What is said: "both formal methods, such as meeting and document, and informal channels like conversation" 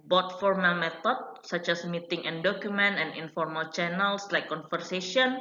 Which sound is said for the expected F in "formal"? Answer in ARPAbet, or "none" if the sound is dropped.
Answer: F